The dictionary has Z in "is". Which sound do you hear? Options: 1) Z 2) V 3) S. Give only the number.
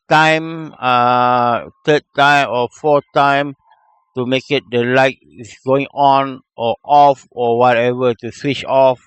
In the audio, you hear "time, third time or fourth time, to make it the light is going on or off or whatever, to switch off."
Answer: 3